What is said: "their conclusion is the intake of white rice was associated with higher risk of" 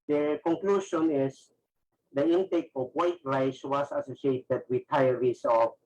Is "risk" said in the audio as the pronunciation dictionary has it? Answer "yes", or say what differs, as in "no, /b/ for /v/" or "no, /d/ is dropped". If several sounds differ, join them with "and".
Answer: no, /k/ is dropped